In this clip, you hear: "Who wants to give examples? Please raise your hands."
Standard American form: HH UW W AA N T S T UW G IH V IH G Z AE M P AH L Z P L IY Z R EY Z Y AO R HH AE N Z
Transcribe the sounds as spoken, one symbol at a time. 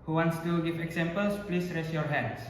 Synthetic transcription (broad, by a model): HH UW W AA N T S T UW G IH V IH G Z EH M P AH L S P L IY S R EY S Y AO R HH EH N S